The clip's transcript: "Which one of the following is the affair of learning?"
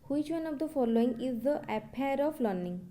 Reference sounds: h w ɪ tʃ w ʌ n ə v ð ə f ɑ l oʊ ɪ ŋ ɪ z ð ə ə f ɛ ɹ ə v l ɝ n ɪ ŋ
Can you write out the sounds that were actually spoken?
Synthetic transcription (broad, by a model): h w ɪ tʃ w ʌ n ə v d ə f ɑ l oʊ ɪ ŋ ɪ z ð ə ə p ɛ ɹ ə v l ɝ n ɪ ŋ